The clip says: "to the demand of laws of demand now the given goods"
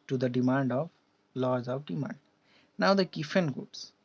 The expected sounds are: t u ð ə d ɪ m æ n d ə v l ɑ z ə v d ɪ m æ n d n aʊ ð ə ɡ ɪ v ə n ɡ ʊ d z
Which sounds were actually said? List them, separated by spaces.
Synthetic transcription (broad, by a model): t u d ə d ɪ m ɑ n d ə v l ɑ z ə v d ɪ m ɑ n d n aʊ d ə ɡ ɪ f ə n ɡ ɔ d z